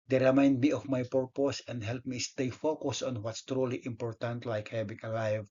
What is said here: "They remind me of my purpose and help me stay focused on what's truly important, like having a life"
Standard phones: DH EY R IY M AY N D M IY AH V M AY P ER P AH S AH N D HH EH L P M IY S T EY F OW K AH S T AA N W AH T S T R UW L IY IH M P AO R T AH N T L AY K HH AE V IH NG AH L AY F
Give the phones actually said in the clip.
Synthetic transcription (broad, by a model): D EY R IY M AY N D M IY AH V M AY P ER P AH S AH N D HH EH L P M IY S T EY F OW K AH S AA N W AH T S T R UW L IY IH M P AO R T AH N T L AY K HH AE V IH NG AH L AY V